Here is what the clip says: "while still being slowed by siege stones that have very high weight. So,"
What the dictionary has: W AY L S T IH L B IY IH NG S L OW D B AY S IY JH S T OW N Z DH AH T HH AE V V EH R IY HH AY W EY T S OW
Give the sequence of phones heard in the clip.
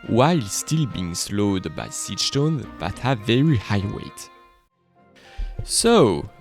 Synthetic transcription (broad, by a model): W AY L S T IH L B IY IH NG S L OW D B AY S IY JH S T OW N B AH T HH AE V V EH R IY HH AY W EY T S OW